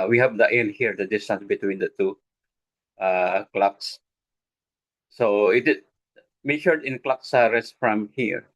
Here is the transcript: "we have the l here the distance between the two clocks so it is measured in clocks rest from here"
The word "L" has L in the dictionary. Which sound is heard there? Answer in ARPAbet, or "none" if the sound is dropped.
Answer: N